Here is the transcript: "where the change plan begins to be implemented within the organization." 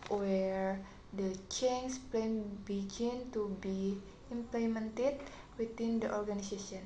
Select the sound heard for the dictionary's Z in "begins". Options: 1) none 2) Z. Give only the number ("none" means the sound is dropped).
1